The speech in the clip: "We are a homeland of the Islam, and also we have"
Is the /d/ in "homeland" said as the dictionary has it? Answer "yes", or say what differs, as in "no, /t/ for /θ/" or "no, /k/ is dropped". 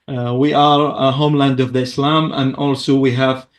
yes